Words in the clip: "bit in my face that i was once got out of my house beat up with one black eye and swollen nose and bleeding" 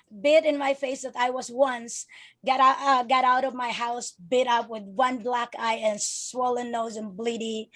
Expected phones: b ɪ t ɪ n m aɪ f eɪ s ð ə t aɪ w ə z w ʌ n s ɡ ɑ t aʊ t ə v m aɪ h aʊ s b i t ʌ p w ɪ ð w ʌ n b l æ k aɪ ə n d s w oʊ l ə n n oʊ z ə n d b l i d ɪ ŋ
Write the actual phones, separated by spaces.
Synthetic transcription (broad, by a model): b ɪ t ɪ n m aɪ f eɪ s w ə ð aɪ w ə z w ʌ n s ɡ ɑ t aʊ t ə v m aɪ h aʊ s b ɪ t ʌ p w ɪ ð w ʌ n b l æ k aɪ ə n s w oʊ l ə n n oʊ z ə n b l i d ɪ